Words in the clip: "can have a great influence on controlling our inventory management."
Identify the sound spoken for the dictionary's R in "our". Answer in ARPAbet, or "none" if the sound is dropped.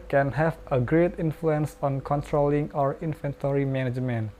R